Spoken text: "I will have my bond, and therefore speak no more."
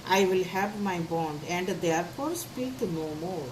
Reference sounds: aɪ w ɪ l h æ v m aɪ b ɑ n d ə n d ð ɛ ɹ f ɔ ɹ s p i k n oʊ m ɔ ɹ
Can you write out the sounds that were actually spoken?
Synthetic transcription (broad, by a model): aɪ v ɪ l h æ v m aɪ b ɑ n d ə n d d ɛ ɹ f ɔ ɹ s p i k n oʊ m ɔ ɹ